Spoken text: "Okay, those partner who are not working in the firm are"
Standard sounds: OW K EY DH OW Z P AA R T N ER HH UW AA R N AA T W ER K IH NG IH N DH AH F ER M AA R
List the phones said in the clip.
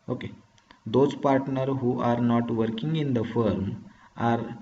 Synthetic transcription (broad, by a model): OW K EY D OW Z P AA R T N ER HH UW AA R N AA T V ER K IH NG IH N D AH F ER M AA R